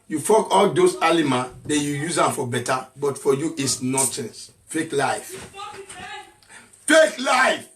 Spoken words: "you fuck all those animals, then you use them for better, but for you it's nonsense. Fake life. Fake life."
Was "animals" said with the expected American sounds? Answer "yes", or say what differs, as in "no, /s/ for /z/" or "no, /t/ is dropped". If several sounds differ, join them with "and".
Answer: no, /l/ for /n/